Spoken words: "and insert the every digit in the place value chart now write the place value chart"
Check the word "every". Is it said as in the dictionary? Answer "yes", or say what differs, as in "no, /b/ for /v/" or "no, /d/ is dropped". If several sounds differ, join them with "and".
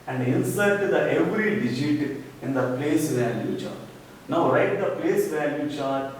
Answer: yes